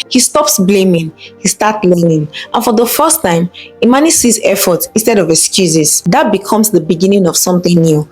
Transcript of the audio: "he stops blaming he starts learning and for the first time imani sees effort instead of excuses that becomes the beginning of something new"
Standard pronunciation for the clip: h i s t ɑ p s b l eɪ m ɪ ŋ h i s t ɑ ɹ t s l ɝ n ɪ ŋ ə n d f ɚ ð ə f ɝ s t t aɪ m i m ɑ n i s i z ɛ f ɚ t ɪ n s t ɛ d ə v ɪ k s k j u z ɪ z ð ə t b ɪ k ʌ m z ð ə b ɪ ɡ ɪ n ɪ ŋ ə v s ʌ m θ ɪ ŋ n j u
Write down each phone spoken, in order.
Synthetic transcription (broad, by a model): h i s t ɑ p s b l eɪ m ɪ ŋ h i s t ɑ t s l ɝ n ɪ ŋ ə n f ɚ ð ə f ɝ s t t aɪ m i m ɑ n i s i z ɛ f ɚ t ɪ n s t ɛ d ə v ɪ k s k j u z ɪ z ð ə t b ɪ k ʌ m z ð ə b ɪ ɡ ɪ n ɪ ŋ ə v s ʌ m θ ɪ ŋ n j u